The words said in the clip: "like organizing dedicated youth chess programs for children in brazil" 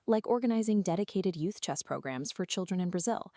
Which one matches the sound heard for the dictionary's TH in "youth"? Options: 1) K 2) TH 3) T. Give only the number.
2